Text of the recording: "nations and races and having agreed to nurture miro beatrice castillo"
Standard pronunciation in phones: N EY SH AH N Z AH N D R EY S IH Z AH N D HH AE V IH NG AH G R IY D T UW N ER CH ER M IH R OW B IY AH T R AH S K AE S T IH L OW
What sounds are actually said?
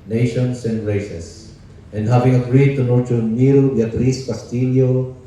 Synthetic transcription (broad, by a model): N EY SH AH N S AH N D R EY S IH S AH N D HH AE V IH NG AH G R IY D T UW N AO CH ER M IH R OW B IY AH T R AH S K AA S T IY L OW